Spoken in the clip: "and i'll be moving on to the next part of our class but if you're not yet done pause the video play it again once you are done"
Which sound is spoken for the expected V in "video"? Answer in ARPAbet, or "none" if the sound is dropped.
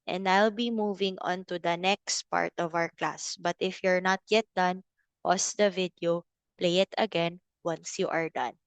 V